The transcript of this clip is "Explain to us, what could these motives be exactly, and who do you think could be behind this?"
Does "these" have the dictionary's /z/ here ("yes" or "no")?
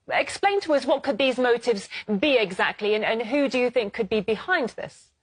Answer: yes